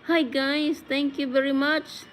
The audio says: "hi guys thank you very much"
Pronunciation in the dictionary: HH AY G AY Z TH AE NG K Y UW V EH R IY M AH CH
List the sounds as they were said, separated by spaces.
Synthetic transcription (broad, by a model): HH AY G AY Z T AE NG K Y UW V EH R IY M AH CH